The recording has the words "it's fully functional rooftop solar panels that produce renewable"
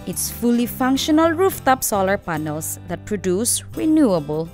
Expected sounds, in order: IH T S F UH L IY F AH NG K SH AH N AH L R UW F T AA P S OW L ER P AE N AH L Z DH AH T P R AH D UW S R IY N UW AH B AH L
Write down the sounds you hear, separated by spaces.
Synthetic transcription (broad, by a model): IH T S F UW L IY F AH NG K SH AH N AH L R UW F T AA P S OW L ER P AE N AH L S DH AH T P R AH D UW S R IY N UW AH B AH L